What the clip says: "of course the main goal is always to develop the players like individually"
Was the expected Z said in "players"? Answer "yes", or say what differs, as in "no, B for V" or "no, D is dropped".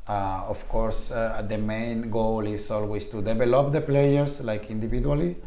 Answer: no, S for Z